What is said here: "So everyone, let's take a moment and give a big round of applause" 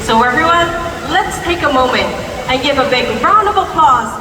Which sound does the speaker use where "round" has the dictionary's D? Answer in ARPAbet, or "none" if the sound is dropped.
none